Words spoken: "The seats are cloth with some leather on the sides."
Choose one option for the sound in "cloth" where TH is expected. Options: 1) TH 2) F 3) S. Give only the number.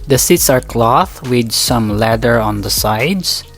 1